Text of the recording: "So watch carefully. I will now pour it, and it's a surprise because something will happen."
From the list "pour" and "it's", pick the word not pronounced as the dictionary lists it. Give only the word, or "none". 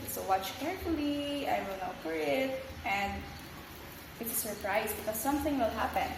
pour